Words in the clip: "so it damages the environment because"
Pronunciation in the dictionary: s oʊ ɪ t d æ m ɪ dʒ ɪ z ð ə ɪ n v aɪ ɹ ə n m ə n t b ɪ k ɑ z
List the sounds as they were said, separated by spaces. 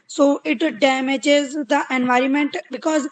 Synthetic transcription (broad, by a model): s oʊ ɪ t d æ m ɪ dʒ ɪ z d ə ɪ n v aɪ ɹ ə n m ə n t b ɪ k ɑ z